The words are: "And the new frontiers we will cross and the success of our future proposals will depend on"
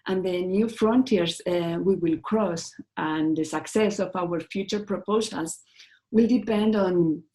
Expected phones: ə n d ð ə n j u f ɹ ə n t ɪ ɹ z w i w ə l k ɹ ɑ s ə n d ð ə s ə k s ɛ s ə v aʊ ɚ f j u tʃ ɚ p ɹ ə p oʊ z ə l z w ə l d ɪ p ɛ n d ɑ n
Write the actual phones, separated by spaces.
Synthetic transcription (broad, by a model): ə n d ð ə n j u f ɹ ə n t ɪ ɹ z w i w ə l k ɹ ɑ s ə n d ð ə s ə k s ɛ s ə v aʊ ɚ f j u tʃ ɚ p ɹ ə p oʊ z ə l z w ə l d ɪ p ɛ n d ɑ n